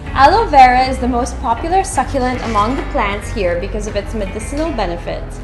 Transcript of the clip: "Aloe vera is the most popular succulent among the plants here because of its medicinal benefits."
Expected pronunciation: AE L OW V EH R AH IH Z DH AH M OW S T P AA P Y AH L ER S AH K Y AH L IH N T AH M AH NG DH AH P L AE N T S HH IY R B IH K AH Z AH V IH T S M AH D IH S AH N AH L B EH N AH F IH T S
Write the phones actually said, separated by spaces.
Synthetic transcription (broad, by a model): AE L OW V EH R AH IH Z DH AH M OW S T P AA P Y L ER S AH K Y AH L IH N T AH M AH NG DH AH P L AE N T S HH IY R B IH K AH Z AH V IH T S M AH D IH S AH N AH L B EH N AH F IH T S